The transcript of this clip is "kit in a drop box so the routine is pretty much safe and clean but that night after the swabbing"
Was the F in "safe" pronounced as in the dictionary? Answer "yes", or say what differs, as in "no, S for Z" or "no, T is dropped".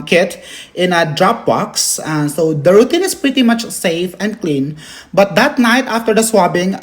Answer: yes